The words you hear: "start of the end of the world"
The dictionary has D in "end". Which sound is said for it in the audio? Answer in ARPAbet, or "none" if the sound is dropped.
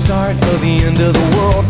D